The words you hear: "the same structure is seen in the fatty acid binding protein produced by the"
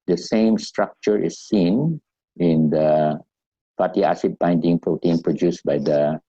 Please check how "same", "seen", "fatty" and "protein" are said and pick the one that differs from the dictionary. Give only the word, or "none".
fatty